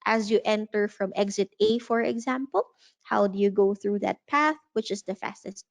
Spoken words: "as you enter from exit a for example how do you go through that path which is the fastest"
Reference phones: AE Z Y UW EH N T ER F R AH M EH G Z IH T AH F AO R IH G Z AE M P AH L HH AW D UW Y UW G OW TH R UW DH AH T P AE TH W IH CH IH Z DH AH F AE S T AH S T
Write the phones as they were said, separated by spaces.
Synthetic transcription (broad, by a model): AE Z Y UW EH N T ER F R AH M EH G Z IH T AH F AO R IH G Z AE M P AH L HH AW D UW Y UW G OW TH R UW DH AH T P AE TH W IH CH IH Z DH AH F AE S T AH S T